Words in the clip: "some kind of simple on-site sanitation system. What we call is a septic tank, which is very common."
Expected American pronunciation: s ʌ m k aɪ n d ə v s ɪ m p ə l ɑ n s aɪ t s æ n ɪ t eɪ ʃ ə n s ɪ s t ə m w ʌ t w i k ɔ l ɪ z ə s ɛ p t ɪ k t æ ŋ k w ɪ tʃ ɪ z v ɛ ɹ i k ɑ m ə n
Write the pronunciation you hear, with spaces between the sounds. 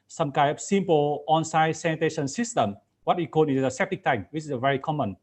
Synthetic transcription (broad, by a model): s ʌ m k aɪ d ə p s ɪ m p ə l ɑ n s aɪ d s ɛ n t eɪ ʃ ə n s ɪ s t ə m w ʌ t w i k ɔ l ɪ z ə s ɛ p t ɪ k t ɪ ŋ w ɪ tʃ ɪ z v ɛ ɹ i k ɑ m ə n